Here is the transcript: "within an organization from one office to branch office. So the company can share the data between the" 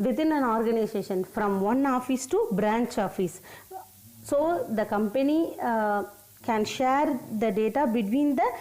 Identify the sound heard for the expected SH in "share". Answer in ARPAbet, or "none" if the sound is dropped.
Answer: SH